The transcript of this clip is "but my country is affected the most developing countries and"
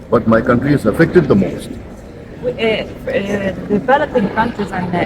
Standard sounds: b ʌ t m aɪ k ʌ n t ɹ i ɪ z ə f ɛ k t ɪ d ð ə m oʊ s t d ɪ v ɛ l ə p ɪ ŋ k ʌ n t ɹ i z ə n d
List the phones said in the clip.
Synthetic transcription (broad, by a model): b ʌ t m aɪ k ʌ n t ɹ i ɪ z ə f ɛ k t ɪ d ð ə m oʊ s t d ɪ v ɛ l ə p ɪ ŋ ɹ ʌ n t i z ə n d